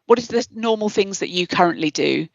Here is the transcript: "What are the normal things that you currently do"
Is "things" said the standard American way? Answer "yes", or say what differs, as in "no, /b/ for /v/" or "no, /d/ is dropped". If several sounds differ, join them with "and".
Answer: yes